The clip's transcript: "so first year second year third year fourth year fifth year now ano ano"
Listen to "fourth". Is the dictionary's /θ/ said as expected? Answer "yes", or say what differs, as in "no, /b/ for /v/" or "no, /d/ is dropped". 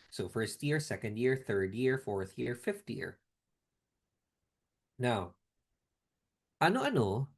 yes